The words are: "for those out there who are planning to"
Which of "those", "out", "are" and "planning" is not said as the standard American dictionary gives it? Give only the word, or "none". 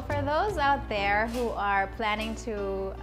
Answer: none